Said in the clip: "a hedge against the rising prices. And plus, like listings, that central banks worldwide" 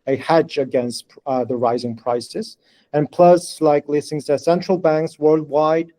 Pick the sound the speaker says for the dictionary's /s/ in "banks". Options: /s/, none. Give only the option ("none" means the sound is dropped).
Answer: /s/